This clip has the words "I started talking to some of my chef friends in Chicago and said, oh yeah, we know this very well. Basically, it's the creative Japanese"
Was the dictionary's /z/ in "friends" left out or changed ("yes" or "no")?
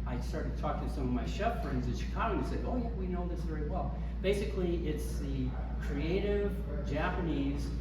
no